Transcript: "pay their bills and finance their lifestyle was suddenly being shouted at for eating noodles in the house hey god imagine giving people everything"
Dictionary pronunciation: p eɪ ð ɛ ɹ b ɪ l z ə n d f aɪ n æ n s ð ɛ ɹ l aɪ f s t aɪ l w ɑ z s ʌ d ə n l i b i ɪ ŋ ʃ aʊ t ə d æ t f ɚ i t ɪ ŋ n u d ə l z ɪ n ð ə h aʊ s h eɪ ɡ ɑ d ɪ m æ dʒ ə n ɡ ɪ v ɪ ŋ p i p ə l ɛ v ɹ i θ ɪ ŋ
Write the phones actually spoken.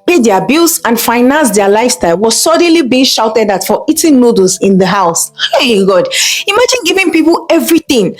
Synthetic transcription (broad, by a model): p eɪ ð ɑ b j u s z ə n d f aɪ n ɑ n s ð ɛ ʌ l aɪ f s t aɪ l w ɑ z s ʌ d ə n l i b i ɪ ŋ ʃ aʊ t ə d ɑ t f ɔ i t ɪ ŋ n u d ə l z ɪ n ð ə h aʊ s h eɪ ɡ ɑ d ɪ m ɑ dʒ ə n ɡ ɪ v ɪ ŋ p i p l ɛ v ɹ i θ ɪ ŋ